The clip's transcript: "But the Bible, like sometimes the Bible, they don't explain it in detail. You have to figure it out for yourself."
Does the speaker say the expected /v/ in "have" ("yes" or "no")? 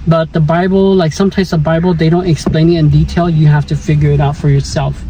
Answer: no